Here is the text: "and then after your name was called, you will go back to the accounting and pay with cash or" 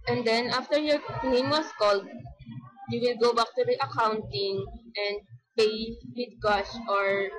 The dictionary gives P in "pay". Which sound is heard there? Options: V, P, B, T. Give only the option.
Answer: P